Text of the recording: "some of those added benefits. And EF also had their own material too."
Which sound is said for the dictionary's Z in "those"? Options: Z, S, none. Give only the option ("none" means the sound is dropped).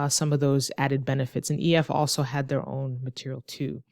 Z